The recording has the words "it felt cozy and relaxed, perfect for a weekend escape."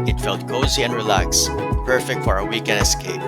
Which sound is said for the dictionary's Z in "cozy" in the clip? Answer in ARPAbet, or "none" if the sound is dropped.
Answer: Z